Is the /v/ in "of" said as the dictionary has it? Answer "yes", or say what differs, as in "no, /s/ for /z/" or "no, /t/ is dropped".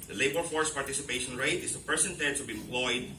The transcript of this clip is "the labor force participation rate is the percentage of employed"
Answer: no, /b/ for /v/